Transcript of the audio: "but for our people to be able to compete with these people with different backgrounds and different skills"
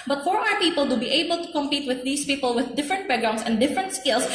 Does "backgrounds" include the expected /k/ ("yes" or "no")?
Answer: no